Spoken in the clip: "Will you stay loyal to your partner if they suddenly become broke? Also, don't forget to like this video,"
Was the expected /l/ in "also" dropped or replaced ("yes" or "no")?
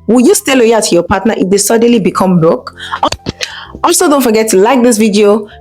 yes